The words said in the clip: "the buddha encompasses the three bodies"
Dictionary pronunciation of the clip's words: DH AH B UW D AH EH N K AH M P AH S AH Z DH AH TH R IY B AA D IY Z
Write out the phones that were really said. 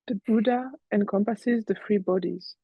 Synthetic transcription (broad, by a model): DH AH B UW D AH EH N K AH M P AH S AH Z DH AH F R IY B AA D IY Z